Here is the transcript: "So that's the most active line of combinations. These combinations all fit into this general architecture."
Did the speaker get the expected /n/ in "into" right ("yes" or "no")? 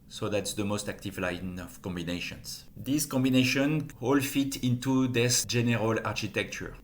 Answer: yes